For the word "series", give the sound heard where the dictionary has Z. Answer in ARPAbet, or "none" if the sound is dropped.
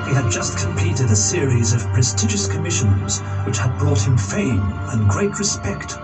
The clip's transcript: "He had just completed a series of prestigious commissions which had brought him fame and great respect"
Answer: Z